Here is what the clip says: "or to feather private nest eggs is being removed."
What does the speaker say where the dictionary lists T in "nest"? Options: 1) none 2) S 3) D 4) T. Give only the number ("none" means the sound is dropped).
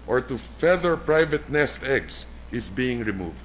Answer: 4